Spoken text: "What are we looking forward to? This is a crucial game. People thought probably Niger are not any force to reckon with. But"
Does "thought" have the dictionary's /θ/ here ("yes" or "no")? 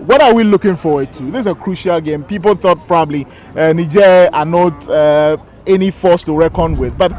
yes